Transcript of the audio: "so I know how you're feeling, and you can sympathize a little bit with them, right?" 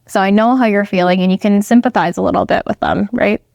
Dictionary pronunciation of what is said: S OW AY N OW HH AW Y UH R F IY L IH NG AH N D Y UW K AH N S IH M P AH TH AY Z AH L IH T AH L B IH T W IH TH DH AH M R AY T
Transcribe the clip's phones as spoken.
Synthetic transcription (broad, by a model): S OW AY N OW HH AW Y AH R F IY L IH NG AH N Y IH K AH N S IH M P AH TH AY Z AH L IH T L B IH T W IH DH AH M R AY T